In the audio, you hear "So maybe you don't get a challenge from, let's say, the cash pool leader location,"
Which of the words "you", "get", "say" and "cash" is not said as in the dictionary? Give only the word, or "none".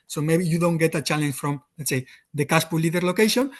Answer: cash